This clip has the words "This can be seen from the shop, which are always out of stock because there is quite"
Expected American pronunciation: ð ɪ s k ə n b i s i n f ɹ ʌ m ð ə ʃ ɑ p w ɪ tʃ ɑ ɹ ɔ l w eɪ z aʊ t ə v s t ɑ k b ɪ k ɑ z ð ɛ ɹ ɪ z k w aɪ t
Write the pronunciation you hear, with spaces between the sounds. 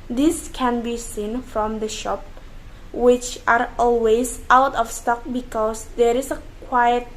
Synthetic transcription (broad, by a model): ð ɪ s k ə n b i s i n f ɹ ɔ m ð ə ʃ ɑ p w ɪ tʃ ɑ ɹ ɔ l w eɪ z aʊ t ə f s t ɑ k b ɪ k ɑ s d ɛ ɹ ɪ s k w aɪ t